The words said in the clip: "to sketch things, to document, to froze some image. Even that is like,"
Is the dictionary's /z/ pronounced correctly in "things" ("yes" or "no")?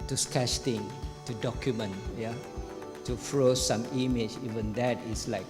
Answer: no